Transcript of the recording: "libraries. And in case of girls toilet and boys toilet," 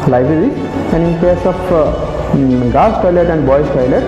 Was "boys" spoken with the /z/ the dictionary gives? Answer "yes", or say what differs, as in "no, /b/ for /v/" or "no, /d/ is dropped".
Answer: no, /s/ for /z/